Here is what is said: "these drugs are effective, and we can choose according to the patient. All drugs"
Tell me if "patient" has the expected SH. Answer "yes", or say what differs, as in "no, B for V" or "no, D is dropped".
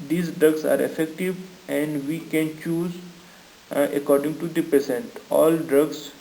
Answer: no, S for SH